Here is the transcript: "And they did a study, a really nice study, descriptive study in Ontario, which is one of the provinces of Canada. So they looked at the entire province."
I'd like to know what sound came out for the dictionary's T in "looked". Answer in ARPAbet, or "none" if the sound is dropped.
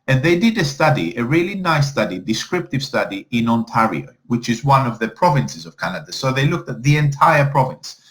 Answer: T